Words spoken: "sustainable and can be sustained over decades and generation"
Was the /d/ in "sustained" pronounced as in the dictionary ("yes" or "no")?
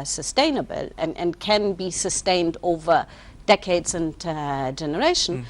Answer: yes